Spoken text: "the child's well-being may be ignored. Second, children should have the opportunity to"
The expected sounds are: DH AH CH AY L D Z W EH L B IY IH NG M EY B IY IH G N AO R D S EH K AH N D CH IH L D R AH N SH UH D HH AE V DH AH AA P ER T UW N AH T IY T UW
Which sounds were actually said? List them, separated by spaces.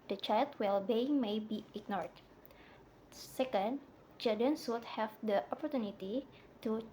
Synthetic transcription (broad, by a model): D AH CH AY L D W EH L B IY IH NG M EY B IY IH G N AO R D S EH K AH N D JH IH D AH N S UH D HH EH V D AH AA P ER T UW N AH T IY T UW